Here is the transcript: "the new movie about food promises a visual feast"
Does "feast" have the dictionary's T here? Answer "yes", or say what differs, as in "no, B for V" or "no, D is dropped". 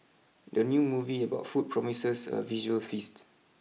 yes